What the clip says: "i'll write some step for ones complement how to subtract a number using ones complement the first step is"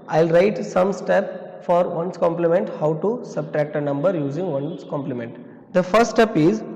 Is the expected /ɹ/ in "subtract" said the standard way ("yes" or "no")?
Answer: yes